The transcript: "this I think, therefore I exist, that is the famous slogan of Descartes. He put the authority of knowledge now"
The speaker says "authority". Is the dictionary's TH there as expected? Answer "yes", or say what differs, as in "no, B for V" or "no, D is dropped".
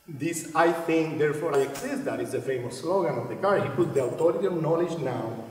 no, T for TH